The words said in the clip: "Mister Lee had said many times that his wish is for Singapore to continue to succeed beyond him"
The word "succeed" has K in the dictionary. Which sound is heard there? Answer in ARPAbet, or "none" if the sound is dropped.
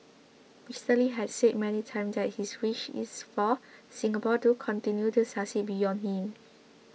none